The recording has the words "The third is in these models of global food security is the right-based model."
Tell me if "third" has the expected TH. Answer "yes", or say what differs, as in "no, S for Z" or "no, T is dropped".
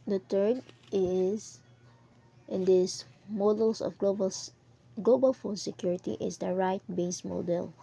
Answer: no, T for TH